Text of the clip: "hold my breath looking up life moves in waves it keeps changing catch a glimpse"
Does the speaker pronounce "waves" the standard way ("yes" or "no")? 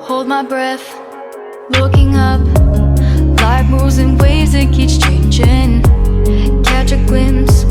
no